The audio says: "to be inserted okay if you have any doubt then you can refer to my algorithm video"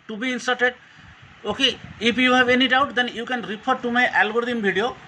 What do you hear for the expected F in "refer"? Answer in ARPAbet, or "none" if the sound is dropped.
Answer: P